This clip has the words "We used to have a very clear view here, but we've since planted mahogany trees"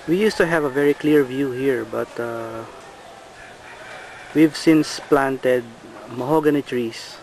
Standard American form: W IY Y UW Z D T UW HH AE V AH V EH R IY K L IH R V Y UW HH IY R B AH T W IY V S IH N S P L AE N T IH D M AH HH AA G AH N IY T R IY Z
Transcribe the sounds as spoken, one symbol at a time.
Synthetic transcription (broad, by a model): W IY Y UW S T UW HH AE V AH V EH R IY K L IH R V Y UW HH IY R B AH T W IY V S IH N S P L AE N T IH D M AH HH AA G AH N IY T R IY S